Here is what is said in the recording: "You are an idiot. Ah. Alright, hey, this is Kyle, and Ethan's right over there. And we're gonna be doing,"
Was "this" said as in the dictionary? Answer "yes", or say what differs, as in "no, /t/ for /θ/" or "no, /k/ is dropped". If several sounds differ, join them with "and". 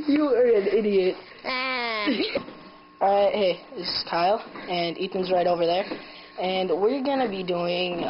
no, /s/ is dropped